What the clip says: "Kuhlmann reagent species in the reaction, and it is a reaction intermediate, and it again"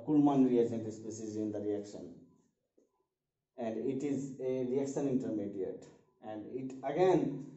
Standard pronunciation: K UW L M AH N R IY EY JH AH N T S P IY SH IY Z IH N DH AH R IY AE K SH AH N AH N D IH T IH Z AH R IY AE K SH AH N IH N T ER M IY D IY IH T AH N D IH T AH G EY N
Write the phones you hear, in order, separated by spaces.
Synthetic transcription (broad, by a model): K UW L M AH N R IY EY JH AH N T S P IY S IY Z IH N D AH R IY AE K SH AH N AH N D IH T IH Z AH R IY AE K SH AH N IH N T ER M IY D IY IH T AH N D IH T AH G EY N